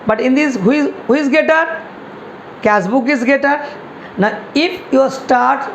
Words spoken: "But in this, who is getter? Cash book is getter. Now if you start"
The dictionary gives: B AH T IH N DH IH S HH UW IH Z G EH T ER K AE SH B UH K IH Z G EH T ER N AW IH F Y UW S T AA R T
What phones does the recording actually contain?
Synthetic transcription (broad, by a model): B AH T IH N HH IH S HH UW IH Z G EH T ER K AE S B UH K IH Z G EH T ER N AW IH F Y UW S T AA R T